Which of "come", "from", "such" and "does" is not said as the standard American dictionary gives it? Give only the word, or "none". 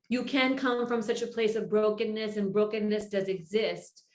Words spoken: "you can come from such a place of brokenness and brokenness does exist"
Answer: none